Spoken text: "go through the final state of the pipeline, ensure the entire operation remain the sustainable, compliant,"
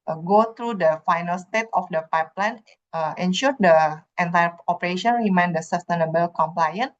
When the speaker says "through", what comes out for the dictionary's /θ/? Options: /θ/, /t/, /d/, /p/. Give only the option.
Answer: /t/